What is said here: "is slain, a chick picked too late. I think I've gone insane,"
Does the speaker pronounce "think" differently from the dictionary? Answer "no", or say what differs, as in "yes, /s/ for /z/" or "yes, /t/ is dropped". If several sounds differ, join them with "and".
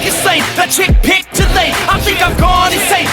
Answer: no